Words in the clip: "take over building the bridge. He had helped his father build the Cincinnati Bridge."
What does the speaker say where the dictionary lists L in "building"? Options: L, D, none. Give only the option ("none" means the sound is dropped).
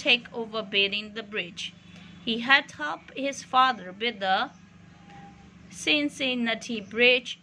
none